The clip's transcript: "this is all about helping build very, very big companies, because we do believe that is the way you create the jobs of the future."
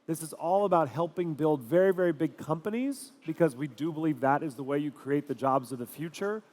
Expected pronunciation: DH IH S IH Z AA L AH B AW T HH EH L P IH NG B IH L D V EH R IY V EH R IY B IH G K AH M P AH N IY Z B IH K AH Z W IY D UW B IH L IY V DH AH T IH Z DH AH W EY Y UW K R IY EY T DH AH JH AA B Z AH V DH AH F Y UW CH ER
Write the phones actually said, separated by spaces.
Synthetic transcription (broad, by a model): DH IH S IH Z AA L AH B AW T HH EH L P IH NG B IH L D V EH R IY V EH R IY B IH G K AH M P AH N IY Z B IH K AH Z W IY D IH B IH L IY V DH AH T IH Z DH AH W EY Y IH K R IY EY T DH AH JH AA B Z AH V DH AH F Y UW CH ER